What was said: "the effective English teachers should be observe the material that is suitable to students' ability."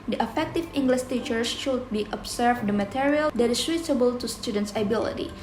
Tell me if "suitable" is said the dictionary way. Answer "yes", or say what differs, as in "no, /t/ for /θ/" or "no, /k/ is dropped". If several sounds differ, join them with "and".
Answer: no, /s/ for /t/